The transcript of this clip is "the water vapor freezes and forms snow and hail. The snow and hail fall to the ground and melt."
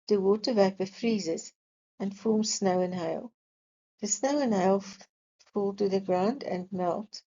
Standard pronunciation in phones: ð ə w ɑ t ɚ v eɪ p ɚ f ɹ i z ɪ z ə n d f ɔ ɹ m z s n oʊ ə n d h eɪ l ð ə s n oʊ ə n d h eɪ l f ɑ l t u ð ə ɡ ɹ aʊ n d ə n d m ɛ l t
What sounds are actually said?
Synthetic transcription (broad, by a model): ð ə w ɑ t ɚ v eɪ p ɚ f ɹ i z ɪ z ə n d f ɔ ɹ m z s n oʊ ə n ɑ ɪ l ð ə s n oʊ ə n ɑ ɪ l f ɑ l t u ð ə ɡ ɹ aʊ n d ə n m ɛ l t